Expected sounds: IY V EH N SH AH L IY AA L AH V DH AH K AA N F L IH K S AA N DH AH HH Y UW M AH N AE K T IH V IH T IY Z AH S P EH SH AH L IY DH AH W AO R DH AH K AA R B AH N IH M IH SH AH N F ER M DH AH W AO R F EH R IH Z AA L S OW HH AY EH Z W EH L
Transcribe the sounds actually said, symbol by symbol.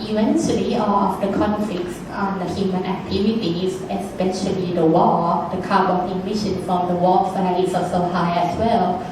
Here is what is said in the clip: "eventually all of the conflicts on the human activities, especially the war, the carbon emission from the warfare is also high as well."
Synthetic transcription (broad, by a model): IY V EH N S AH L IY AA L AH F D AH K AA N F L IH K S AA N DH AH HH Y UW M AH N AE K T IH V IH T IY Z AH S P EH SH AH L IY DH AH W AO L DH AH K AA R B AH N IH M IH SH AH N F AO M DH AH W AO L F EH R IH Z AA S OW HH AY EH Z W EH L